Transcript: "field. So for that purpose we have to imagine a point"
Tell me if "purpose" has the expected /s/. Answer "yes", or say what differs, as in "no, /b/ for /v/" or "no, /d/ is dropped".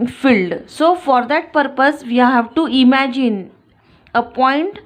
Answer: yes